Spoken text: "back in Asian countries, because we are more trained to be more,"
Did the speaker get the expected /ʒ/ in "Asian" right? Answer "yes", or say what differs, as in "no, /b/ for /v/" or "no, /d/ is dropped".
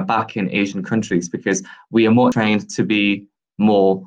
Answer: yes